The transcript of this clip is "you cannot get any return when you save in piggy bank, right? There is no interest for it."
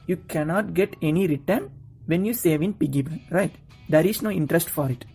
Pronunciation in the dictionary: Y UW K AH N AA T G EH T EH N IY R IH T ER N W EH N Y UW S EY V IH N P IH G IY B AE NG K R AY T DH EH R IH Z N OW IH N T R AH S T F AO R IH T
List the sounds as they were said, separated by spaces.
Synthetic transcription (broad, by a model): Y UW K AH N AA T G EH T EH N IY R IH T ER N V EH N Y UW S EY V IH N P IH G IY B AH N R AY T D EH R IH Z N OW IH N T R AH S T F AO R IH T